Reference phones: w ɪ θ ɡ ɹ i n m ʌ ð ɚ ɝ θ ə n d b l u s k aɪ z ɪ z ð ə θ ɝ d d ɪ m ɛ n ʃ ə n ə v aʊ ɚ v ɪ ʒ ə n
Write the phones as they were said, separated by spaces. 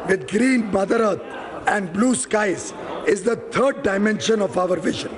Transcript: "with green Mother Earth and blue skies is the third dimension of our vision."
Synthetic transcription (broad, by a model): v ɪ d ɡ ɹ i n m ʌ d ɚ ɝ t ə n d b l u s k aɪ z ɪ z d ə t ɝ d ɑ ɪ m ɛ n ʃ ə n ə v aʊ ɚ v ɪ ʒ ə n